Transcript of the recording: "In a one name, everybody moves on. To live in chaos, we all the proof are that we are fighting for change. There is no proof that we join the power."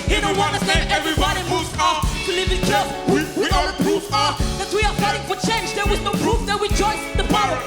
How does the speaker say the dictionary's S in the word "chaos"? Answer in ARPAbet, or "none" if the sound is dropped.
none